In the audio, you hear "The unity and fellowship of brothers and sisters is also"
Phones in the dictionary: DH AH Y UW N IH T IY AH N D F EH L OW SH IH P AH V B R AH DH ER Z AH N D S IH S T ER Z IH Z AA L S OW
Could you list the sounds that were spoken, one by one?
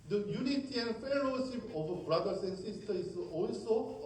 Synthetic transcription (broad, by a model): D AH Y UW N IH T IY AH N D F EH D OW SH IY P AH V B R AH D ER S AH N D S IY S T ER IH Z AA L S OW